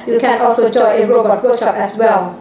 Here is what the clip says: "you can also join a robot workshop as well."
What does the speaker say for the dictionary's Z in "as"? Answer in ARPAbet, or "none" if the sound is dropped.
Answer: S